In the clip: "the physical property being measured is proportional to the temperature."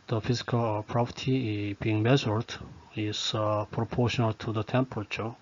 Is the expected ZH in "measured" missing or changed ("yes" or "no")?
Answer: yes